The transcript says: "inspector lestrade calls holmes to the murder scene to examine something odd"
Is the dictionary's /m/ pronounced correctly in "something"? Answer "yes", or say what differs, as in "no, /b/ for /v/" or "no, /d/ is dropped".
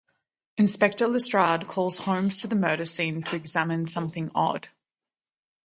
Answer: yes